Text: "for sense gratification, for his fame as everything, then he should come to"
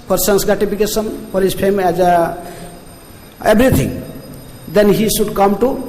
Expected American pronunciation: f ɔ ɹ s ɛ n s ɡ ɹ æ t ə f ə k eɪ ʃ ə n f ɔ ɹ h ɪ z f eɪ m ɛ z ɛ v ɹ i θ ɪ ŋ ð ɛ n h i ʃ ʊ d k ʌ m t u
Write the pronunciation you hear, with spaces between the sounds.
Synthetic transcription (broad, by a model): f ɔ ɹ s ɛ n s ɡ ɹ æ t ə p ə k eɪ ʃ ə n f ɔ ɹ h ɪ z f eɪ m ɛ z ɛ b ɹ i t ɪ ŋ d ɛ n h i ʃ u d k ʌ m t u